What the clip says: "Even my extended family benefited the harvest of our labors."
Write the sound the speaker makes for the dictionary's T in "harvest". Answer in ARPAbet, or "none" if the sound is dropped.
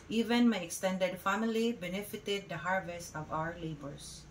T